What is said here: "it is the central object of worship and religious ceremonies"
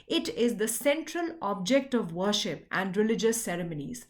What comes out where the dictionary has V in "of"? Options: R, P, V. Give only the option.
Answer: V